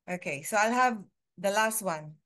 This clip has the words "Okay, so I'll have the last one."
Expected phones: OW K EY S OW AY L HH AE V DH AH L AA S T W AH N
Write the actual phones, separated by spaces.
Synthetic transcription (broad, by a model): OW K EY S OW AY L HH AE V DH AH L AA S T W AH N